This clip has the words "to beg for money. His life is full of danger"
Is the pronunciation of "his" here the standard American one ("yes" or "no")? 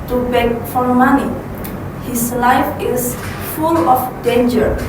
no